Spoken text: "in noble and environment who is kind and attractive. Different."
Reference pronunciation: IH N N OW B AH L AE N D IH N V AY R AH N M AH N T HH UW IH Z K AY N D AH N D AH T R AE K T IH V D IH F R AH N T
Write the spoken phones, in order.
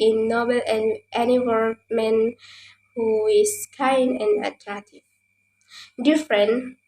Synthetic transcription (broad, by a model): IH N N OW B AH L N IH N IY W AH L M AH N HH UW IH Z K AY N D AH N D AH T R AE K T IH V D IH F R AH N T